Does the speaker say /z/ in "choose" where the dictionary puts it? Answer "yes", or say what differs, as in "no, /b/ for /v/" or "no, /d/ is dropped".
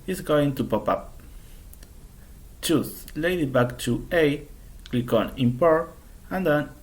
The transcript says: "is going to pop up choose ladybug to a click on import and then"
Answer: no, /s/ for /z/